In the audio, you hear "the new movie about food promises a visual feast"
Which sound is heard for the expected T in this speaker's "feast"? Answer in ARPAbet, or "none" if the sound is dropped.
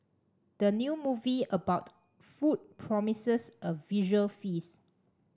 none